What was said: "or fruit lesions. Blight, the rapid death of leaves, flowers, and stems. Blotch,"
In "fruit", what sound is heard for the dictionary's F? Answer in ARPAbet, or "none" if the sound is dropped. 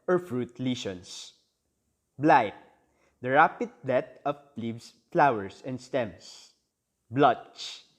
F